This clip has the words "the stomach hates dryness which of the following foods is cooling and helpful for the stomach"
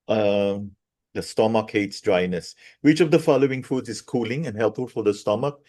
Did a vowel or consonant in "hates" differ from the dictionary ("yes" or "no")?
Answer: no